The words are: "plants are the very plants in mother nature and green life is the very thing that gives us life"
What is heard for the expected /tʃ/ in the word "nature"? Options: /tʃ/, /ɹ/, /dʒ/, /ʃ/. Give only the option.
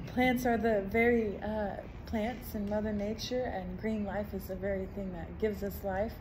/tʃ/